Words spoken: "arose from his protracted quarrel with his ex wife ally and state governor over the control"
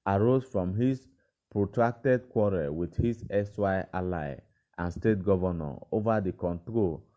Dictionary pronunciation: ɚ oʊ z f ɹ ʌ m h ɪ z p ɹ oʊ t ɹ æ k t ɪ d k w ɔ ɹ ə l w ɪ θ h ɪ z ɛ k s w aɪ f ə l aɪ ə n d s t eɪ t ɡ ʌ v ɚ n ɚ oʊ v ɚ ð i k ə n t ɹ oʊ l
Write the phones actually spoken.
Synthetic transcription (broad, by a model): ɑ oʊ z f ɹ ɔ m h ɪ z p ɹ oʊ t ɹ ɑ k t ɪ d k w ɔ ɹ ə w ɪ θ h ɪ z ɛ s w aɪ ə l aɪ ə n s t eɪ t ɡ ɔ v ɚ n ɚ oʊ v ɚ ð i k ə n t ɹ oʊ l